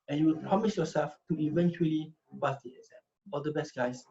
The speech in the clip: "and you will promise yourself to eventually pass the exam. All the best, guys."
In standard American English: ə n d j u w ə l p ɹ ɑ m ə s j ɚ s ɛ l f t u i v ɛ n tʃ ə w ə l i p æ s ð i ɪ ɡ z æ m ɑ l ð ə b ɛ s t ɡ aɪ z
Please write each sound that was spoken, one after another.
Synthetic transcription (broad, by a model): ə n j u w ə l p ɹ ɑ m ə s j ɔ s ɛ l f t u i v ɛ n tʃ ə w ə l i b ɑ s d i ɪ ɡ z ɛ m ɑ l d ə b ɛ s t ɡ aɪ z